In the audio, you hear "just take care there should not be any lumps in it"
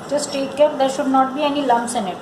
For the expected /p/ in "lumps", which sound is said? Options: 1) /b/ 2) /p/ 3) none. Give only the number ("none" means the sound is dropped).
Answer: 3